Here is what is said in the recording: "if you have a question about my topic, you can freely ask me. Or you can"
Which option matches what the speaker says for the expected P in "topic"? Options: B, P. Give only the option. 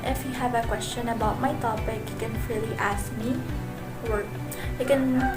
B